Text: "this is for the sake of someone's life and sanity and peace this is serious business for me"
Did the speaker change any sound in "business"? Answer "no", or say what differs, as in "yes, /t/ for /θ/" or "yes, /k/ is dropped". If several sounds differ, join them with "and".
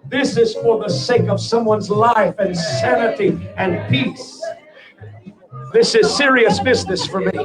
no